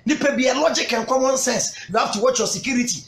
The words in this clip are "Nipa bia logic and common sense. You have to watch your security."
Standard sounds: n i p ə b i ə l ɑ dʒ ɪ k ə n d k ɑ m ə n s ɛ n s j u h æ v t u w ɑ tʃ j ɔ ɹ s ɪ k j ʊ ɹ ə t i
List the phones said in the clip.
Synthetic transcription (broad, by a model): n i p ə b i ə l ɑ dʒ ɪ k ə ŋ k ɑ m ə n s ɛ n s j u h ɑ f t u w ɑ tʃ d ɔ s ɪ k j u ɹ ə t i